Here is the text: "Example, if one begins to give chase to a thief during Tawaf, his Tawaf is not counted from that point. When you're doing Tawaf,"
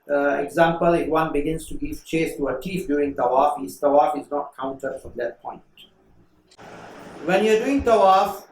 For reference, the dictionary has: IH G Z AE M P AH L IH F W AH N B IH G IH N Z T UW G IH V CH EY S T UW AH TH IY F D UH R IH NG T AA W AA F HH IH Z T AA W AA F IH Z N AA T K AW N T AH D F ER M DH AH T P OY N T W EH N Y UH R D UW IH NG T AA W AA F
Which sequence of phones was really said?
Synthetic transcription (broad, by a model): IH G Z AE M P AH L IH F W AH N B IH G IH N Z T UW G IH V CH EY S T UW AH T IY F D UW IH NG T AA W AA F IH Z T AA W AA F IH Z N AA T K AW N T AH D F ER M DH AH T P OY N T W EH N Y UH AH D UW IH NG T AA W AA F